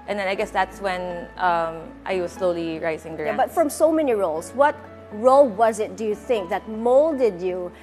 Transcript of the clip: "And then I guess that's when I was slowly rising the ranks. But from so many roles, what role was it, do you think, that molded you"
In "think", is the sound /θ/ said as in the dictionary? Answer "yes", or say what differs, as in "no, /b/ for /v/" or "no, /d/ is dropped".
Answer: yes